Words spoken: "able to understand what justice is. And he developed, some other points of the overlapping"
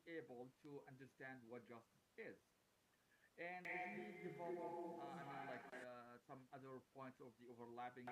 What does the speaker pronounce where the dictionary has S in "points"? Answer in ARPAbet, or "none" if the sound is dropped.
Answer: S